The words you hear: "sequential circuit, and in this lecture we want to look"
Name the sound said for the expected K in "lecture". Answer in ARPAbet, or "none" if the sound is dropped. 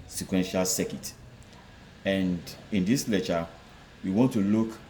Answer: none